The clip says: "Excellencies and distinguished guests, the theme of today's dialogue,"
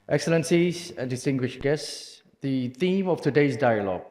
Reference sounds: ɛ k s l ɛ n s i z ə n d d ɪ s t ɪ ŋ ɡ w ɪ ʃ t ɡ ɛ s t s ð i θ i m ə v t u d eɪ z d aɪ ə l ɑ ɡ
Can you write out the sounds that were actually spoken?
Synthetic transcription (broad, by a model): ɛ k s l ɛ n s i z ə n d d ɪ s t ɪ ŋ ɡ w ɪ ʃ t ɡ ɛ s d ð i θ i m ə f t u d eɪ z d aɪ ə l ɑ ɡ